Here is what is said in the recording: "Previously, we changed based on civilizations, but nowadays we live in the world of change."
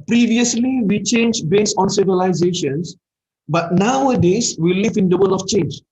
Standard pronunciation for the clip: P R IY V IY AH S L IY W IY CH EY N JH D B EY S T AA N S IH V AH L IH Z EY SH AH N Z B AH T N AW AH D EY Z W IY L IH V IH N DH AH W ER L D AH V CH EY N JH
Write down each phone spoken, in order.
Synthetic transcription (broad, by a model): P R IY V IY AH S L IY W IY CH EY N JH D B EY S T AA N S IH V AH L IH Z EY SH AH N S B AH T N AW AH D EY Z W IY L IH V IH N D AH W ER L AH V CH EY N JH